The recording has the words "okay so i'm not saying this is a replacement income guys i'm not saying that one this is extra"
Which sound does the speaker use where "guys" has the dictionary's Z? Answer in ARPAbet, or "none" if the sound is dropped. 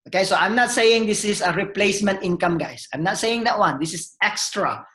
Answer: S